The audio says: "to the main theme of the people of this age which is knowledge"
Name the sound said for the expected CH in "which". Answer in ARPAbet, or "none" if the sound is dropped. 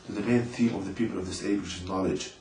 SH